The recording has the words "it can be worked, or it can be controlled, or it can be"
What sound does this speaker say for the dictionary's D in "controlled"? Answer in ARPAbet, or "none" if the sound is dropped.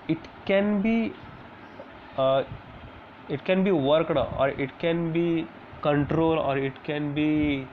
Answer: none